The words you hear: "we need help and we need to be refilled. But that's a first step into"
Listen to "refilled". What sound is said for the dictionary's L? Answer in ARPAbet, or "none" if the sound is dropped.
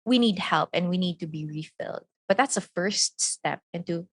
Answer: L